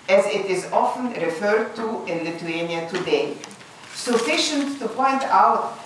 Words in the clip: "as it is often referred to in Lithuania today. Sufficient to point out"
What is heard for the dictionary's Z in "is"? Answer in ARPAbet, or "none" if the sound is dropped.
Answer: Z